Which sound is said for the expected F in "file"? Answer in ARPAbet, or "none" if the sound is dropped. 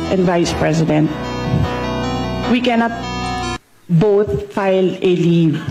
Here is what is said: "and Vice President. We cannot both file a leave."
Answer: F